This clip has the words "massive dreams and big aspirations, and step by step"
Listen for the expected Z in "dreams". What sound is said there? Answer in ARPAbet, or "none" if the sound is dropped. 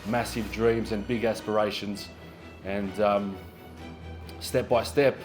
Z